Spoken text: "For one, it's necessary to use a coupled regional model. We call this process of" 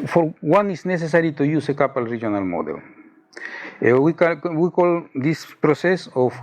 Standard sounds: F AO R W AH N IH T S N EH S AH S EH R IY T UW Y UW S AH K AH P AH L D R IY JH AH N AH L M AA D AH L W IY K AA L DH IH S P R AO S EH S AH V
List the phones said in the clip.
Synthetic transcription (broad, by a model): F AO R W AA N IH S N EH S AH S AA R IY T UW Y UW S AH K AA P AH L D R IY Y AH N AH L M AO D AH L W IY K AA L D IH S P R AO S EH S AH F